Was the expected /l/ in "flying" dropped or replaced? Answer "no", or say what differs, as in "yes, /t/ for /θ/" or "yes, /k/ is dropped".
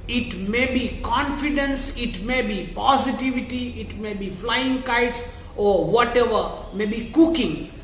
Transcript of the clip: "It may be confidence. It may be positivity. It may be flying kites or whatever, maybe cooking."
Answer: no